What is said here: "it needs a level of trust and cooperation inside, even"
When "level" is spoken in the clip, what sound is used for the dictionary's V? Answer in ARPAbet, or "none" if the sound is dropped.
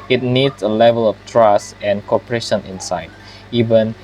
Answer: V